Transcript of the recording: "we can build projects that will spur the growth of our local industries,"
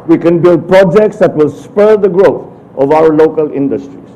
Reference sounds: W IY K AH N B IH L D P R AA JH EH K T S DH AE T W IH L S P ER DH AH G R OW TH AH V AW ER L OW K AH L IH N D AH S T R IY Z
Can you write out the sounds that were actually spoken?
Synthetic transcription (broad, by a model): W IY K AH N B IH L D P R AA JH EH K T S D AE T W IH L S P ER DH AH G R OW T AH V AW ER L OW K AH L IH N D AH S T R IY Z